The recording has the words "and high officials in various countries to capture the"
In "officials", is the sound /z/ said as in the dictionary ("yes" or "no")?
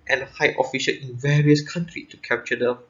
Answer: no